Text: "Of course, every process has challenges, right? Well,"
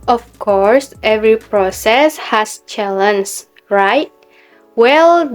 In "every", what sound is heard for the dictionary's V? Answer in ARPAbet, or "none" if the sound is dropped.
V